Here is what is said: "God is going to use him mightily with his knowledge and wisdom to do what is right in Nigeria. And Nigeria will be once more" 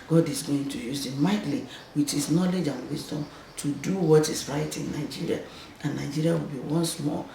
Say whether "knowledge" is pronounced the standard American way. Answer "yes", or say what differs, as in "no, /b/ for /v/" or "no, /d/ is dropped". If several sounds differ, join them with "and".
yes